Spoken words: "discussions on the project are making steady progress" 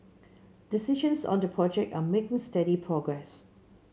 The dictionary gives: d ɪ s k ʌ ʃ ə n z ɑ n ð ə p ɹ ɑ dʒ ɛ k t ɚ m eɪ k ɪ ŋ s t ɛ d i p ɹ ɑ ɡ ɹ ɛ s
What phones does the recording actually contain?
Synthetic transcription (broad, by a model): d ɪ s i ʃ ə n s ɑ n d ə p ɹ ɑ dʒ ɛ k t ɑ m eɪ k ɪ ŋ s t ɛ d i p ɹ ɑ ɡ ɹ ɛ s